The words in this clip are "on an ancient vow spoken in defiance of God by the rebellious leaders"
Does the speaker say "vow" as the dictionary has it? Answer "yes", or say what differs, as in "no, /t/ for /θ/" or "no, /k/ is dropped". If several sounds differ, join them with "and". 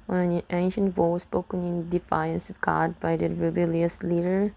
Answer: no, /w/ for /v/